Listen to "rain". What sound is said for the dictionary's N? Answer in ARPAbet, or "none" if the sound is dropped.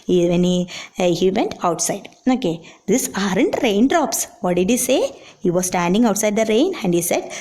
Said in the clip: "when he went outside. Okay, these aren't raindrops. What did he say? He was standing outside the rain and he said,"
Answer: N